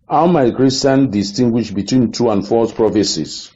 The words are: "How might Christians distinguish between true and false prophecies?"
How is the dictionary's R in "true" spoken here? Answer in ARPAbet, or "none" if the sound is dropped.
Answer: none